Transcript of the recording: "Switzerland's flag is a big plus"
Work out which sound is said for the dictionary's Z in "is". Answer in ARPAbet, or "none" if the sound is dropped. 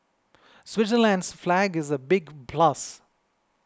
Z